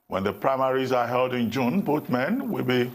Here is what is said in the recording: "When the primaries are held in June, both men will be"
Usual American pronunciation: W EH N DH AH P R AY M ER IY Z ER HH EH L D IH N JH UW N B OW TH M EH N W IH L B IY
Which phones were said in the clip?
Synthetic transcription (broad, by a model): W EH N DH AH P R AY M ER IY Z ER HH EH L D IH N JH UW N B OW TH M EH N W IH L B IY